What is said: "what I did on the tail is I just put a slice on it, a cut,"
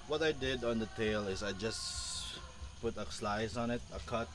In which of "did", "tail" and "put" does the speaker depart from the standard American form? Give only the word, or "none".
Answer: none